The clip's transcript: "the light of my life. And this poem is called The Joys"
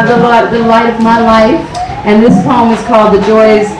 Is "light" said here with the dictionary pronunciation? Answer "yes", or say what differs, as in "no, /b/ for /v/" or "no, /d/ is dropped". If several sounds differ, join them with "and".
yes